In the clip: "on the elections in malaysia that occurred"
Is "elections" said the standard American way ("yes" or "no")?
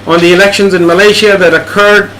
yes